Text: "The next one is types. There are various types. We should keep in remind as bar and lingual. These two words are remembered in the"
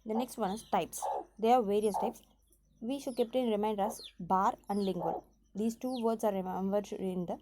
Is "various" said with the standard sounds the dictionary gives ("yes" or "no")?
yes